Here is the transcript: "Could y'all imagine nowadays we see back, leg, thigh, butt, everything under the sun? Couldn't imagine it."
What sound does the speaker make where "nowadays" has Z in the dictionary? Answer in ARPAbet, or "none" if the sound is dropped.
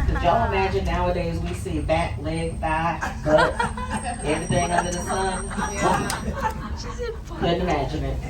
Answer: Z